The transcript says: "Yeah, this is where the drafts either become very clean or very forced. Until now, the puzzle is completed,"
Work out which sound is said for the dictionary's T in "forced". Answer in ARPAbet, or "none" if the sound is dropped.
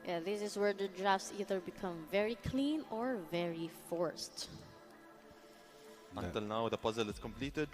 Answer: T